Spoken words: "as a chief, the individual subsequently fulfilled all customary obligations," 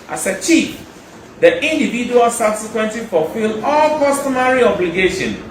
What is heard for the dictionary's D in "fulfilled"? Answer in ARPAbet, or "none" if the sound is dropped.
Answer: none